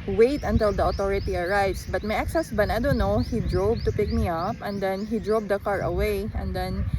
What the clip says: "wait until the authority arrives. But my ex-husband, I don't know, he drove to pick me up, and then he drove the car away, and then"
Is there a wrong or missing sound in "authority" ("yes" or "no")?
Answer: yes